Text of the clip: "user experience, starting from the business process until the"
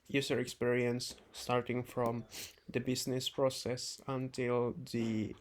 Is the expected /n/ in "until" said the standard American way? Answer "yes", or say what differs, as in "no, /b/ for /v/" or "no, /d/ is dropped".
yes